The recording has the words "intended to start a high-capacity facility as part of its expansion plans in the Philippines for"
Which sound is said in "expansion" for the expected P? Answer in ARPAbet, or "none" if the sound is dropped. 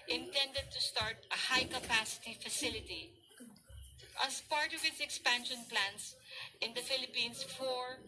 P